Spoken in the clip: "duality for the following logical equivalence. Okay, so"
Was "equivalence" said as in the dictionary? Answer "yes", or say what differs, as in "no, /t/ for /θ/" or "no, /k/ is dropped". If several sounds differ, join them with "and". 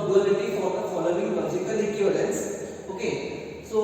no, /n/ is dropped